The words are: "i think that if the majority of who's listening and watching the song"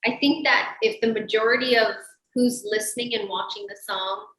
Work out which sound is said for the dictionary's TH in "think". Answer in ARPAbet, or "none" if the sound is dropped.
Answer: TH